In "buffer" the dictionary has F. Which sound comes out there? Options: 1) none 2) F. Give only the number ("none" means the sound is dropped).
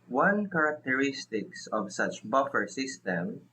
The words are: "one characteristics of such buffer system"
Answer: 2